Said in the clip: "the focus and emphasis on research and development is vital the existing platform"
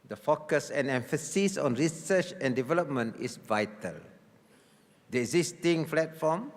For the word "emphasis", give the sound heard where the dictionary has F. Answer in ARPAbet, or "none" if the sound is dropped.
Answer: F